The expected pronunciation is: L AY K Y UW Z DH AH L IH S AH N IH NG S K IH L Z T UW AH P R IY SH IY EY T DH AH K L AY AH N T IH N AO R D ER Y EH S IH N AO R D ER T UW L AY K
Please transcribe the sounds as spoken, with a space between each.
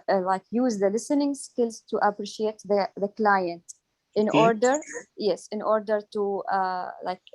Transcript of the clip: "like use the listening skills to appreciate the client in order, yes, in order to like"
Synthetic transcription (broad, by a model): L AY K Y UW Z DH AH L IH S AH N IH NG S K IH L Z T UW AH P R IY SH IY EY T DH AH K L AY AH N T IH N AO R D ER Y EH S IH N AO R D ER T UW L AY K